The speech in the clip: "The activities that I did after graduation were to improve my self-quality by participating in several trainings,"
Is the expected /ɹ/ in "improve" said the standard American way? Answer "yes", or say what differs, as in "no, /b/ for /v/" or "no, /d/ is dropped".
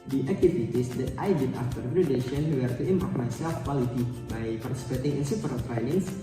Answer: no, /ɹ/ is dropped